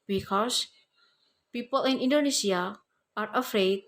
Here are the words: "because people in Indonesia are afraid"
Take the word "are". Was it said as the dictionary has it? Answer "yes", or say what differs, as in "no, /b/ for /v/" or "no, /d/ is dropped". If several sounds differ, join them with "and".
yes